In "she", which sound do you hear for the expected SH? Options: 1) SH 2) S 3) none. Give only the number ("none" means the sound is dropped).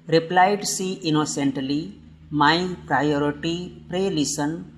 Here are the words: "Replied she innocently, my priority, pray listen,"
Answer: 2